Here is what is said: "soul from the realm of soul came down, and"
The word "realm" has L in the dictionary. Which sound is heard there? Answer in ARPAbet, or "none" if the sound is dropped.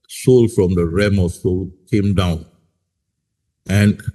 none